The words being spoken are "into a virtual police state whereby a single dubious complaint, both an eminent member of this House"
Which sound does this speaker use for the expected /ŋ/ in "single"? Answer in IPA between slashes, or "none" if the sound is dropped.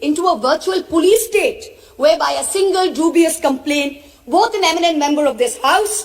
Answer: /ŋ/